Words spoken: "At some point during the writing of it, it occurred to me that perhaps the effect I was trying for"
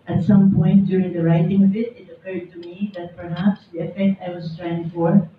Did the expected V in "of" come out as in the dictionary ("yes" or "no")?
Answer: yes